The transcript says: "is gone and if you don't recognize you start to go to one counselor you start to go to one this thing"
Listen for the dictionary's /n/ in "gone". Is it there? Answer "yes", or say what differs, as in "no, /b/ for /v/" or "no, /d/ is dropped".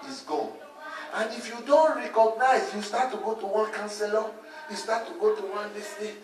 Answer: no, /n/ is dropped